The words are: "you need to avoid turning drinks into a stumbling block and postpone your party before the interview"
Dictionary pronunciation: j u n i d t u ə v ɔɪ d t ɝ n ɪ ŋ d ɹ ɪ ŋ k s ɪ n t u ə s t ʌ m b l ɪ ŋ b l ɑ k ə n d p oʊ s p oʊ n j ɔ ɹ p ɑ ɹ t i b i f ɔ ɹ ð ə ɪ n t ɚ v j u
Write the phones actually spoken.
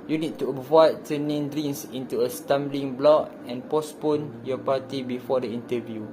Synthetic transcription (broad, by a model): j u n i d t u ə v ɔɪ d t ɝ n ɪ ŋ d ɹ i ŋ s ɪ n t u ə s t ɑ m b l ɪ ŋ b l ɑ k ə n p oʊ s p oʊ n j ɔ p ɑ t i b i f ɔ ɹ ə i n t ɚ v j u